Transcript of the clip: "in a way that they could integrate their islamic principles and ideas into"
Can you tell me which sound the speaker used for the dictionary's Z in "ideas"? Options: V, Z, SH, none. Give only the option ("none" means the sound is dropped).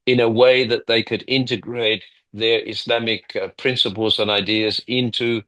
Z